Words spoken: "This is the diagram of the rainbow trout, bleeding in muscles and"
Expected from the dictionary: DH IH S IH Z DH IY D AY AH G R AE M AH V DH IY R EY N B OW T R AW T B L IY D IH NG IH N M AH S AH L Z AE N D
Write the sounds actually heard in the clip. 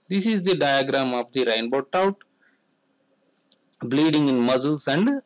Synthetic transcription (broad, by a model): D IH S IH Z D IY D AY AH G R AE M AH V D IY R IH N B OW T AW T B L IY D IH NG IH N M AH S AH L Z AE N D